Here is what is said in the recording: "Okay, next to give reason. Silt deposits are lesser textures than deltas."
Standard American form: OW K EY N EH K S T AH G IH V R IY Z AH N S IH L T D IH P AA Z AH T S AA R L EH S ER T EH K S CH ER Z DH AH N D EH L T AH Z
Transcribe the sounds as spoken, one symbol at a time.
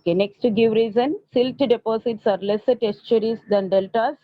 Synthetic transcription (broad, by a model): K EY N EH K S T G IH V R IY Z AH N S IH L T D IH P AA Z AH T S AA R L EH S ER T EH S CH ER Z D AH N D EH L T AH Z